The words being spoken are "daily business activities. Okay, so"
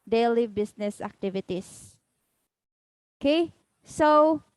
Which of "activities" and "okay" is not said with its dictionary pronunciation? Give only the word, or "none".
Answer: activities